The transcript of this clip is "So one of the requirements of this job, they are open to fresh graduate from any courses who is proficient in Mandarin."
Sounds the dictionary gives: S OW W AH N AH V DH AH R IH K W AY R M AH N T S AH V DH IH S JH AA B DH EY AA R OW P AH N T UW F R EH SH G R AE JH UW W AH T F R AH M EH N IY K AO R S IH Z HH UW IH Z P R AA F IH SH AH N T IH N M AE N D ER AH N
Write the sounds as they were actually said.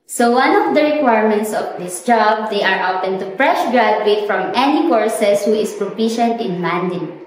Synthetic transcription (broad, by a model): S OW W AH N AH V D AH R IH K W AY R M AH N T S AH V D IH S JH AA B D EY AA R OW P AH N T UW P R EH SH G R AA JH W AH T F R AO M EH N IY K AO R S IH S HH UW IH S P R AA P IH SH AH N T IH N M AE N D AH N